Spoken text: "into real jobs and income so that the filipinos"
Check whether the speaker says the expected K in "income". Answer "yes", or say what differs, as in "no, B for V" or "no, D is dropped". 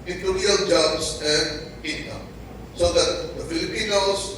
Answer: no, K is dropped